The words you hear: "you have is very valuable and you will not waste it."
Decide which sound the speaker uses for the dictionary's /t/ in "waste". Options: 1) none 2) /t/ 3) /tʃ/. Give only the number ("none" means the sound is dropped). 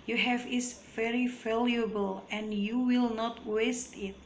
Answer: 2